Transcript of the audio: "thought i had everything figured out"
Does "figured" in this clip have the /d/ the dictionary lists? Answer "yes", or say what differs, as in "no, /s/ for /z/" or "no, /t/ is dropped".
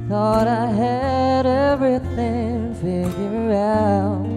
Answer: no, /d/ is dropped